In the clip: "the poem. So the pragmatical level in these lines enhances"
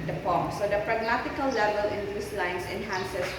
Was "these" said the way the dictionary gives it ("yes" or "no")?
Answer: no